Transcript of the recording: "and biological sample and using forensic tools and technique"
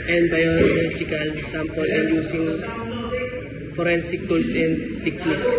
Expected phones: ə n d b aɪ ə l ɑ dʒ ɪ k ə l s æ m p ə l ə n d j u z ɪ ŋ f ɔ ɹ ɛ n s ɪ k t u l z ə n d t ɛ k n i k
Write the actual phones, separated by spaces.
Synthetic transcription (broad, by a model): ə n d b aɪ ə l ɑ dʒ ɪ k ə l s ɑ m p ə l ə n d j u s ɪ ŋ f ɔ ɹ ɛ n s ɪ k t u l s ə n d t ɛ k n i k